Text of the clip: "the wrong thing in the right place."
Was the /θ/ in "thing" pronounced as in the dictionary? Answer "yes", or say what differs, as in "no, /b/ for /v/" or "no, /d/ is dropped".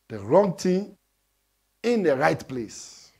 no, /t/ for /θ/